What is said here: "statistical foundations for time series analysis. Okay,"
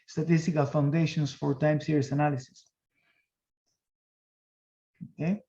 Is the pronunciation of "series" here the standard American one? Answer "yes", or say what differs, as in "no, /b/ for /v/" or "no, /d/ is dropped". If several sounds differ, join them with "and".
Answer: no, /s/ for /z/